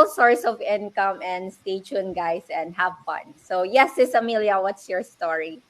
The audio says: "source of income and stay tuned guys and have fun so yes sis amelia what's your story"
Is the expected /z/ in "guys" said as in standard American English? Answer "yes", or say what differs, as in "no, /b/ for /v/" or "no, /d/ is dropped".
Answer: no, /s/ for /z/